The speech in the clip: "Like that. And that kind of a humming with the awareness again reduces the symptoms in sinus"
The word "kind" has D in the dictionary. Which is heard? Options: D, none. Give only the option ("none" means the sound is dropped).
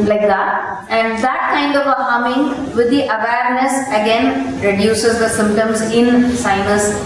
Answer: D